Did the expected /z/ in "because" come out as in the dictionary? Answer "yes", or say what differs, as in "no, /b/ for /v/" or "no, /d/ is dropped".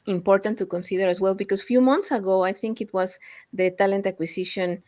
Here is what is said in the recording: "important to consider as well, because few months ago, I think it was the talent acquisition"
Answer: no, /s/ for /z/